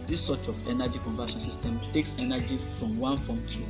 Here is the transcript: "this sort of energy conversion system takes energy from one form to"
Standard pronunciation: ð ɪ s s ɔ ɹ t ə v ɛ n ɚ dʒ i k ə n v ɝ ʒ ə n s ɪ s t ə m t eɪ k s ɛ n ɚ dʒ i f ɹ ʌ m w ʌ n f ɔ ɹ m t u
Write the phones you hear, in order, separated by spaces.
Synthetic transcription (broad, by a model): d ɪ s s ɔ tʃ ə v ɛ n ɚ dʒ i k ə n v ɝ ʃ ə n s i s t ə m t eɪ k s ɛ n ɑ dʒ i f ɹ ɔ m w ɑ n f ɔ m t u